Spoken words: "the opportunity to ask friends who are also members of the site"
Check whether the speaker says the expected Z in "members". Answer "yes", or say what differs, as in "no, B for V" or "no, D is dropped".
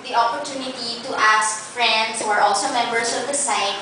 no, S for Z